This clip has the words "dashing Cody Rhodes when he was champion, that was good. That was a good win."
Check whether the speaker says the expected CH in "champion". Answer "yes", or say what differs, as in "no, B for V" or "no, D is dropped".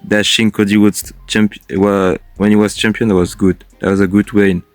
yes